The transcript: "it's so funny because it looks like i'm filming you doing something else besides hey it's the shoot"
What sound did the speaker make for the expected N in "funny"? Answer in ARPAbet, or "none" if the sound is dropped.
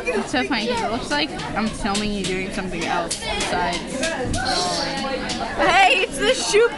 none